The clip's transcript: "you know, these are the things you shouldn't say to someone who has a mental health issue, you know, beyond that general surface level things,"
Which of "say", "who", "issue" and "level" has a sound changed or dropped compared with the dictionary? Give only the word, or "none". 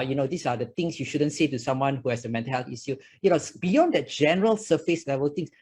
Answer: issue